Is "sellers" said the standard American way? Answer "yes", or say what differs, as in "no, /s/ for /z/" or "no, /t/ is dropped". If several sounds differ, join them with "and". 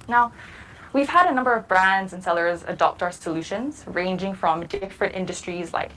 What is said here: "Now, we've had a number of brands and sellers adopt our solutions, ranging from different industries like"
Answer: yes